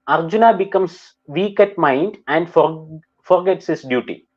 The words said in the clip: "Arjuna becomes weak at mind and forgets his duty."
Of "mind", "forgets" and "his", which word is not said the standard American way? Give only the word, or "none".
his